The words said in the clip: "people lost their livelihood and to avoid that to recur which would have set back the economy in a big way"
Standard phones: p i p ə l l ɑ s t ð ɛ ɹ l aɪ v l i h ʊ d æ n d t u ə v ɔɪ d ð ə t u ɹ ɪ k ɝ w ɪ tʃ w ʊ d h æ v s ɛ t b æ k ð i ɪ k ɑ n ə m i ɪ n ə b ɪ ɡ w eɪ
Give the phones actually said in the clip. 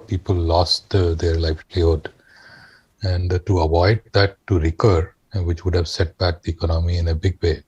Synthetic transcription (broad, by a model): p i p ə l l ɑ s t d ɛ ɹ l aɪ f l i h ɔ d æ n d t u ə v ɔɪ d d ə t u ɹ ɪ k ɝ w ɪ tʃ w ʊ d h æ v s ɛ t b æ k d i ɪ k ɑ n ə m i ɪ n ə b ɪ ɡ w eɪ